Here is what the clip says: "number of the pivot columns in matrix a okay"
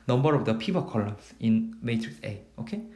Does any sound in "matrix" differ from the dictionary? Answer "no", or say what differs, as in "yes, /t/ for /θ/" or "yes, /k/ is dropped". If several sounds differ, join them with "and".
no